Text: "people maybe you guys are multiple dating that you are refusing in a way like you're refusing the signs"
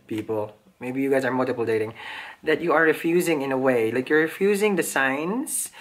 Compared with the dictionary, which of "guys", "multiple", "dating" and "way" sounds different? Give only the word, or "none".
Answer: none